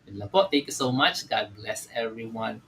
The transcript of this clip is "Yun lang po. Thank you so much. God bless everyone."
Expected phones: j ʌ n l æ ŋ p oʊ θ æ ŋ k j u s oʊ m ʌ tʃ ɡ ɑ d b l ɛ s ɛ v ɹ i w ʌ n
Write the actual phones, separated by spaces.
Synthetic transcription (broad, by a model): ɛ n l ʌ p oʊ t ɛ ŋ k j u s oʊ m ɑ tʃ ɡ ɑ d b l ɛ s ɛ v ɹ i w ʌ n